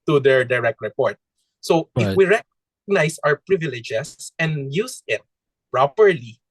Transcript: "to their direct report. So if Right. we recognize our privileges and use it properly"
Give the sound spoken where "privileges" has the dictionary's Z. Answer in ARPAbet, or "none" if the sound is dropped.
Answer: S